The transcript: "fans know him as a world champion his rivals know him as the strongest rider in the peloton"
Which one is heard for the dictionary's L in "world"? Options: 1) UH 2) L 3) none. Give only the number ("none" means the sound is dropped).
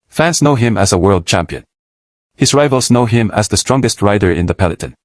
2